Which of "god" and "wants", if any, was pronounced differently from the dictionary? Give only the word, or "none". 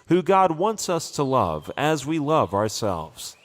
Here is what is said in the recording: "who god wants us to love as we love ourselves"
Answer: none